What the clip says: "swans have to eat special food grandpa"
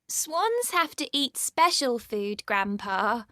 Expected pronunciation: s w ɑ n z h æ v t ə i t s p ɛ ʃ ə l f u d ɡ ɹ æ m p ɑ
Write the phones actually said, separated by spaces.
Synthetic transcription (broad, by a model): s w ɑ n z h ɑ f t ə i t s p ɛ ʃ ə l f u d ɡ ɹ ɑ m p ɑ